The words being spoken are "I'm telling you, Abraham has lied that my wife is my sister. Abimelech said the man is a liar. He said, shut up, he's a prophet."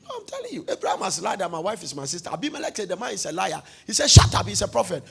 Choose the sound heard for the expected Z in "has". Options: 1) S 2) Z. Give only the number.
1